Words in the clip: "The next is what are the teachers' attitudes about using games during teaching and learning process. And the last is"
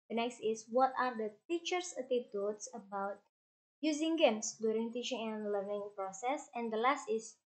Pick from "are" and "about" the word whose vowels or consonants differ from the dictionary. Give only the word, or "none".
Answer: none